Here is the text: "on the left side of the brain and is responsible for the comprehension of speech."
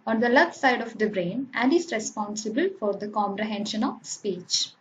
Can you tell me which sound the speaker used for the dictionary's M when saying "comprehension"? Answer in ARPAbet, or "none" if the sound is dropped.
M